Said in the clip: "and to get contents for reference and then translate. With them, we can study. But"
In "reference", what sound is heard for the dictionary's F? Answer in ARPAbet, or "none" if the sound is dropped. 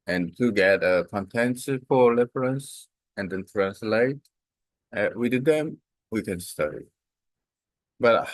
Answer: P